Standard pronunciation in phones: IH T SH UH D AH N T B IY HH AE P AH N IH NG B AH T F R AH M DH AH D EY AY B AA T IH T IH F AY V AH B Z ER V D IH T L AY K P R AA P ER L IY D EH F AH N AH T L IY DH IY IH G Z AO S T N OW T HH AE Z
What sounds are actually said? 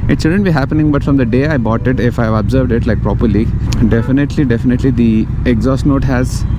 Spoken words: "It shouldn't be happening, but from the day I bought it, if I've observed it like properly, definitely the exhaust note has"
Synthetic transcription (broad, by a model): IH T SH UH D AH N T B IY HH AE P AH N IH NG B AH T F R AH M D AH D EY AY B AA T IH T IH F AY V AH B Z ER V D IH T L AY K P R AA P ER L IY D EH F AH N AH T L IY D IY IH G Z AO S T N OW T HH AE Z